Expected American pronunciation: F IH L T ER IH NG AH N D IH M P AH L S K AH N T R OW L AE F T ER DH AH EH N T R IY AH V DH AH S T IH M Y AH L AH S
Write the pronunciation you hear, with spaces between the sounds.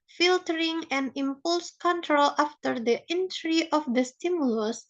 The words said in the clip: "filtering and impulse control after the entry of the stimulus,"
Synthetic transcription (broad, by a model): F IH L T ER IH NG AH N IH M P AH L S K AH N T R OW L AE F T ER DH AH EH N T R IY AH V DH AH S T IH M Y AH L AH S